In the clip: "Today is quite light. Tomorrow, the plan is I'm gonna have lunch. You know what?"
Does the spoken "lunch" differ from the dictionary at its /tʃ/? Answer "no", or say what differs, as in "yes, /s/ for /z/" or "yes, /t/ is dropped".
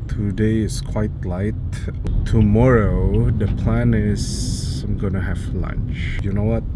no